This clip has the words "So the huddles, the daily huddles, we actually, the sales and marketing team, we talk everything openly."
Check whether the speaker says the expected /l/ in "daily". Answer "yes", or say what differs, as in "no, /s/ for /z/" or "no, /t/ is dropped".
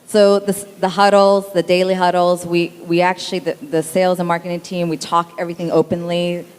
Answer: yes